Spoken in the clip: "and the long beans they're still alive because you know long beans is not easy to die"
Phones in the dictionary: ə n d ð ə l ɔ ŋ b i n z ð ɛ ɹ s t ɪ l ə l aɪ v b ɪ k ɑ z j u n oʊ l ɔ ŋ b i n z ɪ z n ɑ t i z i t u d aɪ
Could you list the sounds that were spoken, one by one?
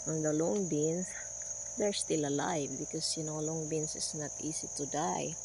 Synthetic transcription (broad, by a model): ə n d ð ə l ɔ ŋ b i n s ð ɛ ɹ s t ɪ l ə l aɪ v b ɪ k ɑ s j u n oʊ l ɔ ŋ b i n s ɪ s n ɑ t i s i t u d aɪ